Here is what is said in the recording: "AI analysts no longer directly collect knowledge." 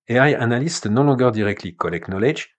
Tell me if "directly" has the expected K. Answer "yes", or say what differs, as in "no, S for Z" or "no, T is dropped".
yes